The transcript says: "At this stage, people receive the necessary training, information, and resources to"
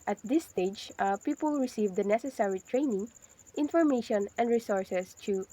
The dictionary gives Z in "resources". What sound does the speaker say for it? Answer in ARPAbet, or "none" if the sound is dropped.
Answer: S